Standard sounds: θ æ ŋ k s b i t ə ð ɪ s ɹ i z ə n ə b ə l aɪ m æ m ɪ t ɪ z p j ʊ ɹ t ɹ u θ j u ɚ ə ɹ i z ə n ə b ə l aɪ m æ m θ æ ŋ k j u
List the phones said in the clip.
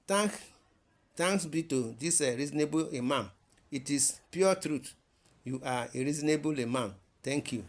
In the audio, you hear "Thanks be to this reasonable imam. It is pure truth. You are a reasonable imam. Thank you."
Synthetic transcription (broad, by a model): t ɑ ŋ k s b i t ə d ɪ s ɹ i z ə n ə b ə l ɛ m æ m ɪ t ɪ s p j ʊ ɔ t ɹ u t j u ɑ ə ɹ i z ə n ə b ə l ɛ m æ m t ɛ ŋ k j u